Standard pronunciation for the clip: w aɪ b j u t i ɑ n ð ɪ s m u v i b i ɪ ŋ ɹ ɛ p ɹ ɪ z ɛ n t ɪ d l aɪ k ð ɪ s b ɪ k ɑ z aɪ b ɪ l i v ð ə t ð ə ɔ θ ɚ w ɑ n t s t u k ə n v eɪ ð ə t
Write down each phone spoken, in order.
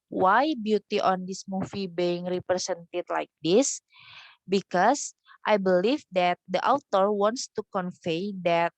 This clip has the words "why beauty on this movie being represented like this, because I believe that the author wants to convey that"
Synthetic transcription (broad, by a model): w aɪ b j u t i ɑ n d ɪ s m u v i b i ɪ ŋ ɹ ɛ p ɹ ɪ s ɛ n t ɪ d l aɪ k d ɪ s b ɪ k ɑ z aɪ b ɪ l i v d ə t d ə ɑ t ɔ w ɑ n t s t u k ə n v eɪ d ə t